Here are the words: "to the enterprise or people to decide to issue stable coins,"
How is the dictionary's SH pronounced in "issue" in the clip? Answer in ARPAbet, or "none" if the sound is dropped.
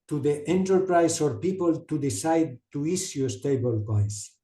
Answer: S